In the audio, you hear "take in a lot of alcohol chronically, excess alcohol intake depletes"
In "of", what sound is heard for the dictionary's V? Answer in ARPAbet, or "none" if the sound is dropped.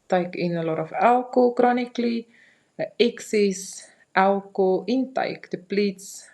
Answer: F